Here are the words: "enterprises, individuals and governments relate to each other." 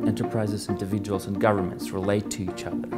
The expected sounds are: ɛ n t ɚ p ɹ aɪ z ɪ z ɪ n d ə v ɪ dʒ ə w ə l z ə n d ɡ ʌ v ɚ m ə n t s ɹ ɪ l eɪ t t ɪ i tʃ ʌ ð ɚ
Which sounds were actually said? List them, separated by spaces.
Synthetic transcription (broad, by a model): ɛ n t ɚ p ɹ aɪ z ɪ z ɪ n d ə v ɪ dʒ ə w ə l z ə n ɡ ʌ v ɚ m ə n t s ɹ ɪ l eɪ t t ɪ i tʃ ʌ ð ɚ